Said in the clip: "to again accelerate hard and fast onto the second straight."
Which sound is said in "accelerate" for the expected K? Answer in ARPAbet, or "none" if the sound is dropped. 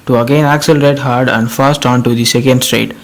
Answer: K